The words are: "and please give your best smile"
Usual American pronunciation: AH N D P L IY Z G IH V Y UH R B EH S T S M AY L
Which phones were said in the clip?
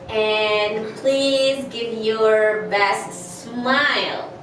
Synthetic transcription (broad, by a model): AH N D P L IY Z G IH V Y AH R B EH S T S M AY L